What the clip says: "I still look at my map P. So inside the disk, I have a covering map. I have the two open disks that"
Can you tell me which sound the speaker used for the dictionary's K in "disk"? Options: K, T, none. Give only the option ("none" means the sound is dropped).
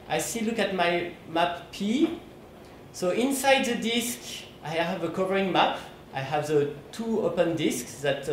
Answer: K